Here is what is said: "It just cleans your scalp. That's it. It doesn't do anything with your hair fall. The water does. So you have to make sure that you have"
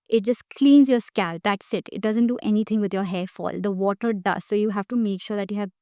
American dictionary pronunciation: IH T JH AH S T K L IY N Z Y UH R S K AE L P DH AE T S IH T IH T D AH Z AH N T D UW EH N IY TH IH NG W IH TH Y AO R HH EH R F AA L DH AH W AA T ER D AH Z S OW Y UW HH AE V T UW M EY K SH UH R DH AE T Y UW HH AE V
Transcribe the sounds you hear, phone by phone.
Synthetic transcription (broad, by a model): IH T JH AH S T K L IY N Z Y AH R S K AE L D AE T S IH T IH T D AH Z AH N T D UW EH N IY T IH NG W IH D Y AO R HH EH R F AA L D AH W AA T ER D AH Z S OW Y UW HH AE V T UW M EY K SH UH R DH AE T Y UW HH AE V